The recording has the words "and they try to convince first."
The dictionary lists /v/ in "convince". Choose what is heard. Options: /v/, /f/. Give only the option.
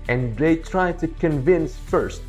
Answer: /v/